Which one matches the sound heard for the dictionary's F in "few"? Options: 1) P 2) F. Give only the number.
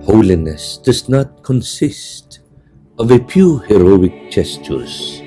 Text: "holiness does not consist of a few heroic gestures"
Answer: 1